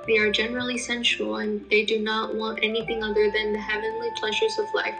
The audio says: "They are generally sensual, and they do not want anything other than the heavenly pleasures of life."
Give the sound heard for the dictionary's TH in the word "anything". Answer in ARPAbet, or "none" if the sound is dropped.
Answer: TH